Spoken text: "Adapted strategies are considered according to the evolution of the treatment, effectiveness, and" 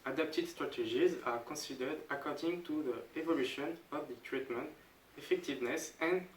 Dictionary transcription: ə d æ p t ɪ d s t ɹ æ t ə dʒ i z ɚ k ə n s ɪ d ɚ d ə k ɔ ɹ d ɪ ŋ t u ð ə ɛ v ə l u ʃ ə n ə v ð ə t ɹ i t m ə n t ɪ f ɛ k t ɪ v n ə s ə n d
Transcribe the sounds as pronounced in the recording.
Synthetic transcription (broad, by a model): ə d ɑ p t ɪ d s t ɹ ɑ t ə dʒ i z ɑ k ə s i d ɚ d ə k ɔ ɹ d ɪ ŋ t u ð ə ɛ v ə l u ʃ ə n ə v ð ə t ɹ i t m ə n t ɪ f ɛ k t ɪ v n ə s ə n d